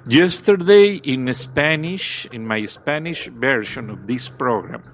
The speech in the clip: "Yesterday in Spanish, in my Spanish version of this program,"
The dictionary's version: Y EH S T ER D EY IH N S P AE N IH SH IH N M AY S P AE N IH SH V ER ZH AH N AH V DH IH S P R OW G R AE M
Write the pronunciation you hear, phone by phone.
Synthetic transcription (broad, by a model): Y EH S T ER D EY IH N S P AE N IH SH IH N M AY S P AE N IH SH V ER SH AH N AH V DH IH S P R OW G R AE M